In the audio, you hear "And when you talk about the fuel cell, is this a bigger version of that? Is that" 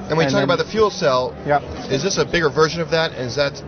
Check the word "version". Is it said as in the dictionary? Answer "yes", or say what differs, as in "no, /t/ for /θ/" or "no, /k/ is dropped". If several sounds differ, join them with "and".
yes